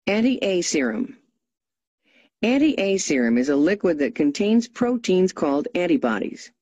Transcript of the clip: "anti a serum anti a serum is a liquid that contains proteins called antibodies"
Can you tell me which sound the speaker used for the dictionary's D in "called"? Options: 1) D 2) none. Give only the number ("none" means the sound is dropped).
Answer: 1